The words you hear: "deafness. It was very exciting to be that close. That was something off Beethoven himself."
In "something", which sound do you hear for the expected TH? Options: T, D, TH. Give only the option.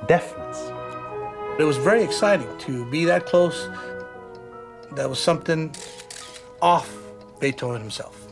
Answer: TH